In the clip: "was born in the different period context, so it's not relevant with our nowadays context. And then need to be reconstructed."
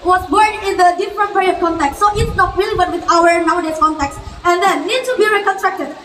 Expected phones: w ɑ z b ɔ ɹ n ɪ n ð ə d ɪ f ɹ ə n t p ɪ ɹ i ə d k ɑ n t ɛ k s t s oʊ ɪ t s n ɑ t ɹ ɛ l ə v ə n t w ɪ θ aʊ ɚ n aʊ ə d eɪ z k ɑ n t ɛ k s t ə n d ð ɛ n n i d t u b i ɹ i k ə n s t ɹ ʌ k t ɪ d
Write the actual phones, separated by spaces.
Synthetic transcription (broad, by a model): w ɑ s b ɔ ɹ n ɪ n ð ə d ɪ f ɹ ə n t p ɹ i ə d k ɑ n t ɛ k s s oʊ ɪ t s n ɑ t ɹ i l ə b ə t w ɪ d aʊ ɚ n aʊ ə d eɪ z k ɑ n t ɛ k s ə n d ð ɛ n n i d t u b i ɹ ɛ k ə n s t ɹ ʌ k t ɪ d